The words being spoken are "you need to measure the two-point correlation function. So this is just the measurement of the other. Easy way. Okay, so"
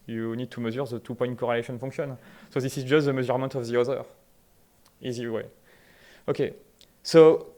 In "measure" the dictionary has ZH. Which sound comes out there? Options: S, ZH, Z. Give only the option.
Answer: Z